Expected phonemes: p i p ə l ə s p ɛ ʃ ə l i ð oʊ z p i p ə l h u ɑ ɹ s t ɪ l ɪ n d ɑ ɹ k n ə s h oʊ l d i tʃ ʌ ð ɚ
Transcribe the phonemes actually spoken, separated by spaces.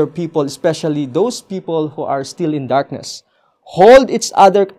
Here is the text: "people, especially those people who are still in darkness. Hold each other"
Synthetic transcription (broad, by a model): p i p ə l ə s p ɛ ʃ ə l i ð oʊ s p i p ə l h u ɑ ɹ s t ɪ l ɪ n d ɑ ɹ k n ə s h oʊ l d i s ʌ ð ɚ